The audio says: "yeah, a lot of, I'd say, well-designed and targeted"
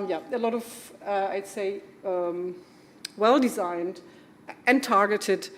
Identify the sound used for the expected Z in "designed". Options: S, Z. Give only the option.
Z